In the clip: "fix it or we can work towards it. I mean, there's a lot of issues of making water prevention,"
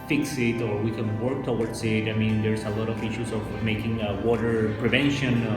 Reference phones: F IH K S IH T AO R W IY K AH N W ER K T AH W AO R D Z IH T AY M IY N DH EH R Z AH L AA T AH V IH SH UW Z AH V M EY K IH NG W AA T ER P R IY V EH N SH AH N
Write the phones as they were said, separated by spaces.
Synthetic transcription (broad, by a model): F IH K S IH T AO R W IY K AH N W ER K T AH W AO R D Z IH T AY M IY N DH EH R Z AH L AA T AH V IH SH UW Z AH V M EY K IH NG W AA T ER P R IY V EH N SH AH N